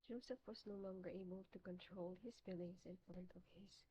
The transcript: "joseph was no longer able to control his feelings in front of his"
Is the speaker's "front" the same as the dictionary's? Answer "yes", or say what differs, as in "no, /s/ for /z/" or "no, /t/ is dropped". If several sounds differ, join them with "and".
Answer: no, /ɹ/ is dropped